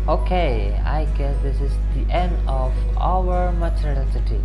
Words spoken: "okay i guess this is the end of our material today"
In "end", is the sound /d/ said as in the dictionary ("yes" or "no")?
yes